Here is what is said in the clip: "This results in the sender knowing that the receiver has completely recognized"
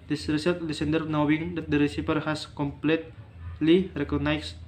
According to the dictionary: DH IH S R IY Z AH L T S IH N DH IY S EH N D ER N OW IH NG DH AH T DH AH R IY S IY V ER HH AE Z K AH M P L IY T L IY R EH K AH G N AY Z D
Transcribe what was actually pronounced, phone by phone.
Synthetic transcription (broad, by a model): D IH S R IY S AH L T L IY S EH N D ER N OW IH NG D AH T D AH R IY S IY P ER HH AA S K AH M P L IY T L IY R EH K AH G N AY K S